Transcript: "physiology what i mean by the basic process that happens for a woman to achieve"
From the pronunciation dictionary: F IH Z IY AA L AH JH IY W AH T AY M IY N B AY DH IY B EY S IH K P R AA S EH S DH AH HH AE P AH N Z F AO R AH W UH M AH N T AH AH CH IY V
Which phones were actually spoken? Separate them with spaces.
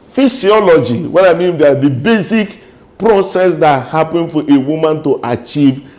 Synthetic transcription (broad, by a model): F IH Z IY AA L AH JH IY W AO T AY M IY N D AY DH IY B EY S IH K P R AA S EH S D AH HH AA P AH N F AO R AH W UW M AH N T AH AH CH IY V